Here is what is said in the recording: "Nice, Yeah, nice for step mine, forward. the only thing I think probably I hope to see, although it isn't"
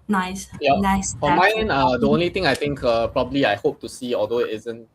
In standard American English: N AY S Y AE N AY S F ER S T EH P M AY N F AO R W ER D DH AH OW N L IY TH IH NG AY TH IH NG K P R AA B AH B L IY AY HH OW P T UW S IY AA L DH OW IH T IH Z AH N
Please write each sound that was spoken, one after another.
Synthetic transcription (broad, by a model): N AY S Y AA N AY S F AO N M AY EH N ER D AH OW N L IY T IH NG AY T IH NG K P R AA B AH B L IY AY HH OW P T UW S IY AA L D OW IH T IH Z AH N